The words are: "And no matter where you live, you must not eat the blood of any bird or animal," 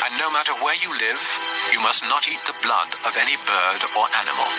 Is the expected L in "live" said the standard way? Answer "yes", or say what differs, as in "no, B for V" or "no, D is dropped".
yes